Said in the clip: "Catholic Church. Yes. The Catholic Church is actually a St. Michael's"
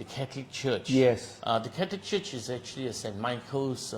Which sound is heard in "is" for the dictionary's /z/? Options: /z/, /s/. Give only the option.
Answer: /z/